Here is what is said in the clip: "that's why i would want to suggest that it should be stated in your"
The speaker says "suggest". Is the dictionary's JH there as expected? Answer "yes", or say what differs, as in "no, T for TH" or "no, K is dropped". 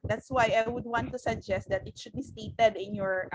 yes